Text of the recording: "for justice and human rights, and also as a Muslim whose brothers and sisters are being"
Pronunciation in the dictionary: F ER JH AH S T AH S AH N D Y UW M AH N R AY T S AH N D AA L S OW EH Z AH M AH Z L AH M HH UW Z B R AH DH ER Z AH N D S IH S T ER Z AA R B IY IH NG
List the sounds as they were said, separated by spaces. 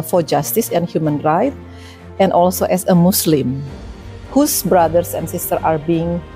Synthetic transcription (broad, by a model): F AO JH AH S T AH S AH N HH Y UW M AH N R AY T AH N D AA L S OW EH S AH M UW S L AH M HH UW S B R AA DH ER S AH N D S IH S T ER AA R B IY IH NG